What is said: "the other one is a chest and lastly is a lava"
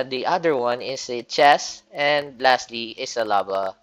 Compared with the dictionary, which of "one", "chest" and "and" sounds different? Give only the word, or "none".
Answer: chest